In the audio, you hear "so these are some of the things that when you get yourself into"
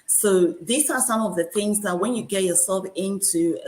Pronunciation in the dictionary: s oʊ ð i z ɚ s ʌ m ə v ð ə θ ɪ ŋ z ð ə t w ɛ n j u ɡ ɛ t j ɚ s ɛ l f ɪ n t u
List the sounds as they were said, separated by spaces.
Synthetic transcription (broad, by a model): s oʊ ð i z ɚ s ʌ m ə v ð ə θ ɪ ŋ z ð ə t w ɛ n j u ɡ ɛ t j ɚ s ɛ l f ɪ n t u